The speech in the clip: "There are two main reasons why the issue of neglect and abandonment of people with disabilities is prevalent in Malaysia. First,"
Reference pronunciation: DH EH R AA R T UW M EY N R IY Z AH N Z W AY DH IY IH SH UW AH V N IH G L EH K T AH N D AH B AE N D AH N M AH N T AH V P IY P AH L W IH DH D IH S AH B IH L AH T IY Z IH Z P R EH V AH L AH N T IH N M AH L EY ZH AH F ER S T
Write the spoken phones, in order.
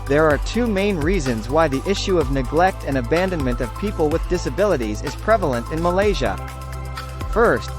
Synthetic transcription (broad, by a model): DH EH R AA R T UW M EY N R IY Z AH N Z W AY DH IY IH SH UW AH V N IH G L EH K T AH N AH B AE N D AH N M AH N T AH V P IY P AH L W IH DH D IH S AH B IH L AH T IY Z IH Z P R EH V L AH N T IH N M AH L EY ZH AH F ER S T